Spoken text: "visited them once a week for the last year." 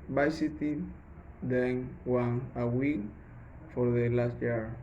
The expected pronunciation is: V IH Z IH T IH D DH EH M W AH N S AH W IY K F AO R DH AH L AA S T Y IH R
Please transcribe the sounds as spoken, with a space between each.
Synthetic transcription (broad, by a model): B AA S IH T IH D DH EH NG W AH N AH W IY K F AO R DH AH L AA S T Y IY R